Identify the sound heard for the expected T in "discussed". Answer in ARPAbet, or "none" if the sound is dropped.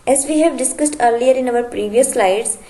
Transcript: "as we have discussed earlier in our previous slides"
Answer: T